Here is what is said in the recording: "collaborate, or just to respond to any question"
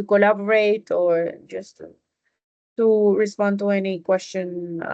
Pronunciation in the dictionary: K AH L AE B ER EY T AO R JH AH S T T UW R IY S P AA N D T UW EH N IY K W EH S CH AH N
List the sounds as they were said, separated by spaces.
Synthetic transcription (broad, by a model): K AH L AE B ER EY T AO R JH AH S T T UW R IY S P AA N D T UW EH N IY K W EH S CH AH N